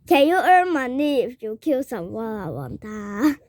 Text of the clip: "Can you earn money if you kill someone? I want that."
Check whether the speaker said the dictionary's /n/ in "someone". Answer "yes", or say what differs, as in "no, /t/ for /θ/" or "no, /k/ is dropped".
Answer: no, /n/ is dropped